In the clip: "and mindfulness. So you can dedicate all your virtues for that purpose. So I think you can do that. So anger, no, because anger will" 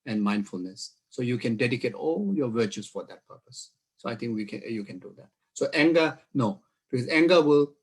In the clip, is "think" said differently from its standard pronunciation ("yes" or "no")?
yes